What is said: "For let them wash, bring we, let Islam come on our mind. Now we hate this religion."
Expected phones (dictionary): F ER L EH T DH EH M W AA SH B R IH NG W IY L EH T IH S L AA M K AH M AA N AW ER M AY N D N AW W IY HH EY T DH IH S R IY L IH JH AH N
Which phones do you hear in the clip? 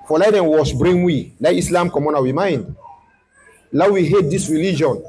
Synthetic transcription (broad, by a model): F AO L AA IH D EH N W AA S B R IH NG W IY L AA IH IH S L AA M K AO M AA N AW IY M AY N D L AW W IY HH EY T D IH S R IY L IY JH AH N